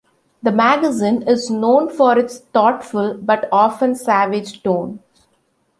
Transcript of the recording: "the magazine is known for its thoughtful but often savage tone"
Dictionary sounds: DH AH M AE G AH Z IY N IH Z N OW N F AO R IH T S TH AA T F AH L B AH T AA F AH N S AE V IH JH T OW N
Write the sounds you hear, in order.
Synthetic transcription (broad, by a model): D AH M AE G AH Z IY N IH Z N OW N F AO R IH T S T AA T F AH L B AH T AA F AH N S AE V IH JH T OW N